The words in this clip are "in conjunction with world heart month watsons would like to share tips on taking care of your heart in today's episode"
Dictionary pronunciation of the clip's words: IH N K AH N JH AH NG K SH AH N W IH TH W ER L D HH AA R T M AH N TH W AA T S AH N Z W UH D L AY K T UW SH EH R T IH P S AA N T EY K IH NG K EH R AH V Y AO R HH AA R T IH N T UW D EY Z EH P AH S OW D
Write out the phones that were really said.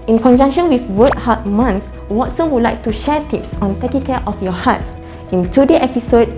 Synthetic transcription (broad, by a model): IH N K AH N JH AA NG K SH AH N W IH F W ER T HH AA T M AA N S W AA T S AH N W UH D L AY K T UW SH EH T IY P S AA N T EY K IH NG K EH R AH F Y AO HH AA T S IH N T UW D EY EH P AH S OW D